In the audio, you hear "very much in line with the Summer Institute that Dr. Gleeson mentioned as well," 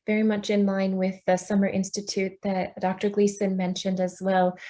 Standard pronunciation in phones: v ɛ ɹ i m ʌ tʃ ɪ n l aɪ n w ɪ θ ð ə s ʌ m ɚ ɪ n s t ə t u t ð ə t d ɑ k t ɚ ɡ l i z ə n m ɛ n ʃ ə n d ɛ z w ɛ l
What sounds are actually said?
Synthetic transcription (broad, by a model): v ɛ ɹ i m ʌ tʃ ɪ n l aɪ n w ɪ ð ə s ʌ m ɚ ɪ n s t ə t u t ð ə t d ɑ k t ɚ ɡ l i s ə n m ɛ n ʃ ə n d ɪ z w ɛ l